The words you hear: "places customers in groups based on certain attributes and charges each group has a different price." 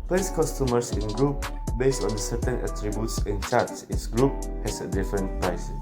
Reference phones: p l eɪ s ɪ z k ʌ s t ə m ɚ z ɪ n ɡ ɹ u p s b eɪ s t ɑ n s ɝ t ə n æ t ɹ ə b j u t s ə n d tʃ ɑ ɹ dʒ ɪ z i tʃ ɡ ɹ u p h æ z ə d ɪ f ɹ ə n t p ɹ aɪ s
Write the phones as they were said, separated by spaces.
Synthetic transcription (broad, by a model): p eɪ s k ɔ s t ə m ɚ s ɪ n ɡ ɹ u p b eɪ s t ɑ n s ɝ t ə n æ t ɹ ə b j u t s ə n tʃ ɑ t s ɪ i s ɡ ɹ u p h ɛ s ə d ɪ f ɹ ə n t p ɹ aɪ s